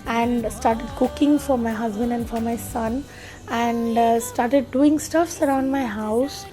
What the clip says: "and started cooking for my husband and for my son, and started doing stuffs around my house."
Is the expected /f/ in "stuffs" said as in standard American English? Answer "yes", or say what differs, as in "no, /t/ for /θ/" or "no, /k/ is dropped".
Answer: yes